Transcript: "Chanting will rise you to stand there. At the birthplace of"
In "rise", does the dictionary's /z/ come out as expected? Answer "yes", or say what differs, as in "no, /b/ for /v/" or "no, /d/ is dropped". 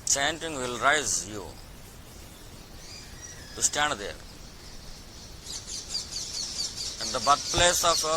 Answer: yes